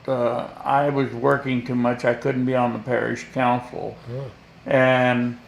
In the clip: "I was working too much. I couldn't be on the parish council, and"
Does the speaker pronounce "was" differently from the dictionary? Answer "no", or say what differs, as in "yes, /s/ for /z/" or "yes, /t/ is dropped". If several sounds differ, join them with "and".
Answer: no